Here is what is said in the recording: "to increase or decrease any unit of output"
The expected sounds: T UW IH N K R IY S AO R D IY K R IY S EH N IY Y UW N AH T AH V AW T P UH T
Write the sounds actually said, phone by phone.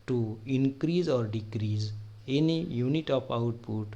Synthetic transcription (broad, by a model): T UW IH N K R IY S AO R D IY K R IY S EH N IY Y UW N AH T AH P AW T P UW T